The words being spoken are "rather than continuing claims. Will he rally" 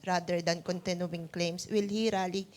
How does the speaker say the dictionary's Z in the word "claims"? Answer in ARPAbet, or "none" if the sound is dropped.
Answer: S